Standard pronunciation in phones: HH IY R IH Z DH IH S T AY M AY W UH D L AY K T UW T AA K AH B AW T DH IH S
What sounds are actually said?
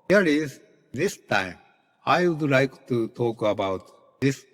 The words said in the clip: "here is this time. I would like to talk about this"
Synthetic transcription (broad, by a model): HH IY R IH Z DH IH S T AY M AY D L AY K T UW T AA K AH B AW T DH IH S